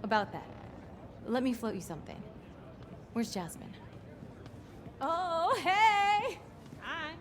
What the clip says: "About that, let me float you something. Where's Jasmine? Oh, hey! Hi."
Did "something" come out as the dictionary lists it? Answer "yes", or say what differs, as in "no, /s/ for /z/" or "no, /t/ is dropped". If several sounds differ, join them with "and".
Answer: yes